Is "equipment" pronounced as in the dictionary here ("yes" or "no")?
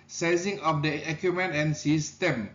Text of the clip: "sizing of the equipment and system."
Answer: no